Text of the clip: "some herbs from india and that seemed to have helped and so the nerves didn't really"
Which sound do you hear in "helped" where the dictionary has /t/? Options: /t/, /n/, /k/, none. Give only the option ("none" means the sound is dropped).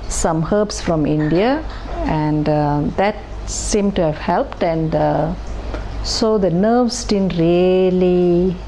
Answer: /t/